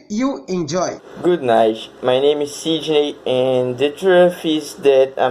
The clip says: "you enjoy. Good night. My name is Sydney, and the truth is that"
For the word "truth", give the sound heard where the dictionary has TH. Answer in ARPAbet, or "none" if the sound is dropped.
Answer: F